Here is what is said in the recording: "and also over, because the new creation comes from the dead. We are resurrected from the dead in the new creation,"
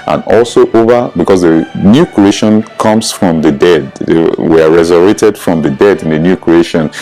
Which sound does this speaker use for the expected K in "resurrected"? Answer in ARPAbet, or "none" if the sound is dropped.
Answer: none